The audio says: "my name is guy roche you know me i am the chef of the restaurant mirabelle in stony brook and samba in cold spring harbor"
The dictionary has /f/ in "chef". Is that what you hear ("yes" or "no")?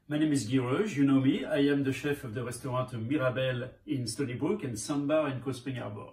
yes